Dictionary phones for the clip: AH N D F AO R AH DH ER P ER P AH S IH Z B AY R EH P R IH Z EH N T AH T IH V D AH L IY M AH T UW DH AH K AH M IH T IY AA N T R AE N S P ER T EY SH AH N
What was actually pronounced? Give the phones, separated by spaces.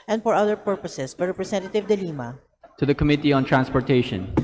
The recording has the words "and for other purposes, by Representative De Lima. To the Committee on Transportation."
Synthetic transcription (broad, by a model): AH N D F AO R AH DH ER P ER P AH S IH S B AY R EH P R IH S EH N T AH T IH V D AH L IY M AH T UW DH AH K AH M IH T IY AA N T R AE N S P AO T EY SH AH N